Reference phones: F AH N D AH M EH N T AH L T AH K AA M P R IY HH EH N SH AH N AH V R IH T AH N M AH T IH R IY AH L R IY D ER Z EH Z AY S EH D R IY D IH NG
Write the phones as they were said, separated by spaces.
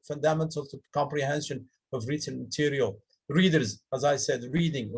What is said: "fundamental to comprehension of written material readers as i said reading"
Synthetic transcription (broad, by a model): F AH N D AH M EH N T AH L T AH K AA M P R IY HH EH N SH AH N AH V R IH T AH N M AH T IH R IY AH L R IY D ER Z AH Z AY S EH D R IY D IH NG